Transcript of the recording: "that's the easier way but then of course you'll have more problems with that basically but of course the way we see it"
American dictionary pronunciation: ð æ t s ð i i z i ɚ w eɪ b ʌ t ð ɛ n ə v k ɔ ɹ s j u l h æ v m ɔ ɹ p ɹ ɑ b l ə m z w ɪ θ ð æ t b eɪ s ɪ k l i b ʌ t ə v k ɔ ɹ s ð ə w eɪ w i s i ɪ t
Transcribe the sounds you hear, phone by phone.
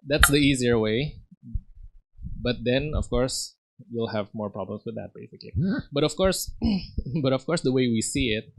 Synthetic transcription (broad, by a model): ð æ t s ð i i z i ɚ w eɪ b ʌ t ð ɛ n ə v k ɔ ɹ s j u l h æ v m ɔ ɹ p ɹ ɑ b l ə m s w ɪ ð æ t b eɪ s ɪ k l i b ʌ t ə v k ɔ ɹ s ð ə w eɪ w i s i ɪ t